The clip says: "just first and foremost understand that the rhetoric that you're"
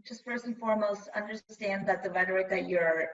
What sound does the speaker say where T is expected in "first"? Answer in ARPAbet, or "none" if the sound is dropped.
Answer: none